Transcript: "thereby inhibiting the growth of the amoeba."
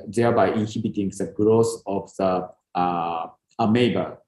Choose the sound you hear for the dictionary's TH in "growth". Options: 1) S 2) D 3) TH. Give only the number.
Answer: 1